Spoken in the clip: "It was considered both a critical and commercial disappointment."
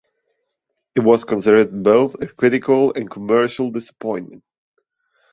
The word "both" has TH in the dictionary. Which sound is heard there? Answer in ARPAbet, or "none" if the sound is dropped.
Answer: TH